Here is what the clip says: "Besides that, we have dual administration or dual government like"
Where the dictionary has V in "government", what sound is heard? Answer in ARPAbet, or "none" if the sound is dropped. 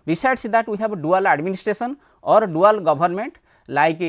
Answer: B